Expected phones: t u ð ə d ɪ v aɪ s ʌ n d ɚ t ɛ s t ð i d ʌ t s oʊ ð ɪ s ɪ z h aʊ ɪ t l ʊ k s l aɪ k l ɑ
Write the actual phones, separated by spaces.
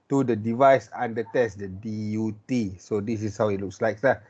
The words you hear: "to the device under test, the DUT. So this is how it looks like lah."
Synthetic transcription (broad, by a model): t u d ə d ɪ v aɪ s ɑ n d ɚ t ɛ s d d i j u t s oʊ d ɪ s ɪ s h aʊ ɪ t l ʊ k s l aɪ k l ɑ